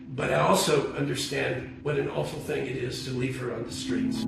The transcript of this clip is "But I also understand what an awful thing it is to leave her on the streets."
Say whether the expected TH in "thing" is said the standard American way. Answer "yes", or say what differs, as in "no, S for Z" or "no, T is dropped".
yes